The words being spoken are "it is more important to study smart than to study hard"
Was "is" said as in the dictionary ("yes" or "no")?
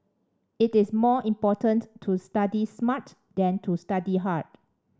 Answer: no